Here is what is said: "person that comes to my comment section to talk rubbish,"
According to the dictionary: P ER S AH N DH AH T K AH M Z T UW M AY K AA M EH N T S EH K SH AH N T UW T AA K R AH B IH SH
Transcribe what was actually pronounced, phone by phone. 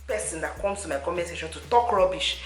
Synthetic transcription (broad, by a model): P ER S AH N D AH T K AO M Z T UW M AY K AA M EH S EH SH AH N T UW T AA K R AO B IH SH